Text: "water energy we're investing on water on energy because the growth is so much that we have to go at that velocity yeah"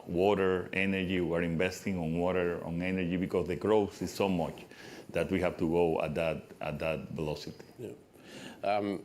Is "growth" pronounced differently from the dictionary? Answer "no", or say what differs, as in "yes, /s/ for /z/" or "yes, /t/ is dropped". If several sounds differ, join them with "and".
yes, /s/ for /θ/